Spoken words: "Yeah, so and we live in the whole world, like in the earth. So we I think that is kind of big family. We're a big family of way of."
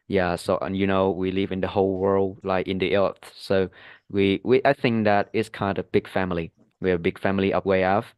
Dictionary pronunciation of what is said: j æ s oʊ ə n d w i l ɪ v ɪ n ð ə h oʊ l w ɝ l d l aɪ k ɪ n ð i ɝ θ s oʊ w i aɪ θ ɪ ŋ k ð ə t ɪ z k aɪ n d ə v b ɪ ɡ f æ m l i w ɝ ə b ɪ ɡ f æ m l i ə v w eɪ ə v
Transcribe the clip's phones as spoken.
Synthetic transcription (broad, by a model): j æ s oʊ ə n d w i l ɪ v ɪ n ð ə h oʊ l w ɝ l d l aɪ k ɪ n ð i ɝ θ s oʊ w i aɪ θ ɪ ŋ k ð ə t ɪ z k aɪ n d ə b ɪ ɡ f æ m l i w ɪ ə b ɪ ɡ f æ m l i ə p w eɪ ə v